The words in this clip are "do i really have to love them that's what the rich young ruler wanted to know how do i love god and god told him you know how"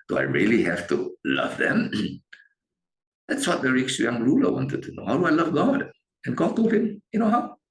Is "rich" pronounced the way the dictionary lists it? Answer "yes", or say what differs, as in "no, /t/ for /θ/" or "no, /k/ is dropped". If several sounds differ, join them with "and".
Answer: no, /s/ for /tʃ/